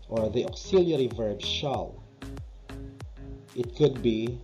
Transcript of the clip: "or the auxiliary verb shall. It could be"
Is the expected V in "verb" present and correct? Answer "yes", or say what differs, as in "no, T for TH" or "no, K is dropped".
yes